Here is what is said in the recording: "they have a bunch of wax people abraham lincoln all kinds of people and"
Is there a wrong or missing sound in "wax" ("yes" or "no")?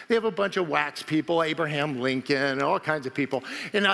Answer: no